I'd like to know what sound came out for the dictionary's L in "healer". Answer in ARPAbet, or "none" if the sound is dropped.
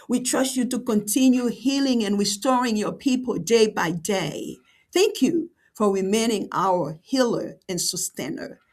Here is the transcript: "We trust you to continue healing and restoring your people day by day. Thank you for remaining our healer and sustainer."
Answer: L